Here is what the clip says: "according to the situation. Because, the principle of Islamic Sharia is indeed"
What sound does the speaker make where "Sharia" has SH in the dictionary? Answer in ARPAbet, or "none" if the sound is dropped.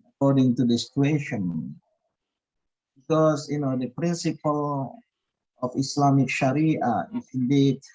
SH